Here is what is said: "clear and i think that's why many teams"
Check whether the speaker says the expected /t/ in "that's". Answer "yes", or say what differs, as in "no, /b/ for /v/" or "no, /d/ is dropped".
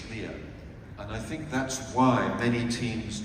yes